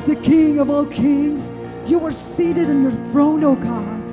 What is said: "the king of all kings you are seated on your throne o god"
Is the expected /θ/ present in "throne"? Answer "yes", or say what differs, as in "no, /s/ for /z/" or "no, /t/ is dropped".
yes